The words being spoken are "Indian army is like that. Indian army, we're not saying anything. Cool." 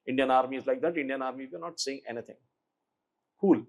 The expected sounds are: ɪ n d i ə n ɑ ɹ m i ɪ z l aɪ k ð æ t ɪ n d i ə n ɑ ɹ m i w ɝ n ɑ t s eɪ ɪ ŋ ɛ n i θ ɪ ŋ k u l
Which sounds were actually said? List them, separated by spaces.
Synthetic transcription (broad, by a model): ɪ n d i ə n ɑ ɹ m i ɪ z l aɪ k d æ t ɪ n d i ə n ɑ ɹ m i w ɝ n ɑ t s eɪ ɪ ŋ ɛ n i t ɪ ŋ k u l